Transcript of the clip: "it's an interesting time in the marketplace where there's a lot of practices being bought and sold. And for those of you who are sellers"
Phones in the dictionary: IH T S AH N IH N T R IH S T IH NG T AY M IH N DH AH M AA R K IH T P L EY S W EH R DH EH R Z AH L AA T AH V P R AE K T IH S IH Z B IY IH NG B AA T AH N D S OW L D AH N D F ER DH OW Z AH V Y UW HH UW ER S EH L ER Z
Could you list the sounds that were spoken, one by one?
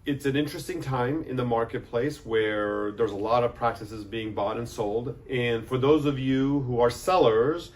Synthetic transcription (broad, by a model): IH T S AH N IH N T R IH S T IH NG T AY M IH N DH AH M AA R K IH T P L EY S W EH R DH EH R Z AH L AA T AH V P R AE K T IH S IH Z B IY IH NG B AA T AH N S OW L D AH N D F ER DH OW Z AH V Y UW HH UW ER S EH L ER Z